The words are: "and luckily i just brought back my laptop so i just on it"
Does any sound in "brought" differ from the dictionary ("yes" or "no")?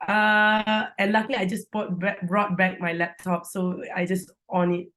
no